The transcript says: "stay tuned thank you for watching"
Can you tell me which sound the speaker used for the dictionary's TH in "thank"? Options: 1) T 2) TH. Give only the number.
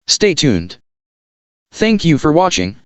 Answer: 2